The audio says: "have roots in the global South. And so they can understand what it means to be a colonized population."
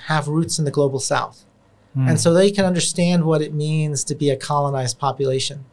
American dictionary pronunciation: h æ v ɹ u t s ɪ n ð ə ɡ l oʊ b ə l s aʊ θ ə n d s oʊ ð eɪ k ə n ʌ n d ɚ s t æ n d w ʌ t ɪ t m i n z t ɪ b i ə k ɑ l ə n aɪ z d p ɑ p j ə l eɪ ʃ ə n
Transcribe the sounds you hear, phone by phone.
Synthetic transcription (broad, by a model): h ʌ v ɹ u t s n ð ə ɡ l oʊ b l s aʊ θ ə n s oʊ ð eɪ k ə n ʌ n d ɚ s t æ n d w ʌ t ɪ t m i n z t ɪ b i ə k ɑ l ə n aɪ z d p ɑ p j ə l eɪ ʃ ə n